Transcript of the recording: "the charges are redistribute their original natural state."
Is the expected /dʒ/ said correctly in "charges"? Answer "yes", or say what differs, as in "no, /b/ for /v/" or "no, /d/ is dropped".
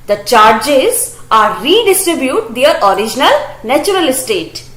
yes